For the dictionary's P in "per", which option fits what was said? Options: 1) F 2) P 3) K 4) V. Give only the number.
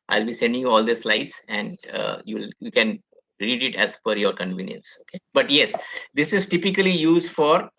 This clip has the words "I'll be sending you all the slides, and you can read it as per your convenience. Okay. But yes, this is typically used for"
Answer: 1